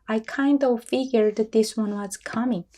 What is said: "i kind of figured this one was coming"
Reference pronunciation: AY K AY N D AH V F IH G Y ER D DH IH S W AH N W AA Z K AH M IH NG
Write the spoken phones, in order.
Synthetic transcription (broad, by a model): AY K AY N D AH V F IH G Y ER D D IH S W AH N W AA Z K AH M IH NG